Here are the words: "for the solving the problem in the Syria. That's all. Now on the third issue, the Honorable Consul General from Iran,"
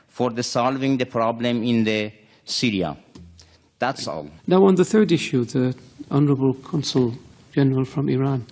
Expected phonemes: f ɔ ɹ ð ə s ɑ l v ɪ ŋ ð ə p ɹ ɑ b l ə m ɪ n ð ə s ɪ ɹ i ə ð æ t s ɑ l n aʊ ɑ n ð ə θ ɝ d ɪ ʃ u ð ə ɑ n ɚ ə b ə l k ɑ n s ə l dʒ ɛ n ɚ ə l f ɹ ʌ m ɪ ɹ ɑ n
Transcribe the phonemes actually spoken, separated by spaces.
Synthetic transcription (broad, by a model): f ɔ ɹ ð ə s ɑ l v ɪ ŋ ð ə p ɹ ɑ b l ə m ɪ n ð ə s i ɹ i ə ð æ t s ɑ l n aʊ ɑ n ð ə θ ɝ d ɪ ʃ u ð ə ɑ n ɚ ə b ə l k ɑ n s ə l dʒ ɛ n ɚ ə l f ɹ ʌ m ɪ ɹ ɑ n